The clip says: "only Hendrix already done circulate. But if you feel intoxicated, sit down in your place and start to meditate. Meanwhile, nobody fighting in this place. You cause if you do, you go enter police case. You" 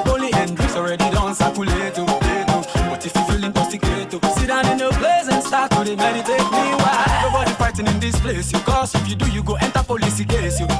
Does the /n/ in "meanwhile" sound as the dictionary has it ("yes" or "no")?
no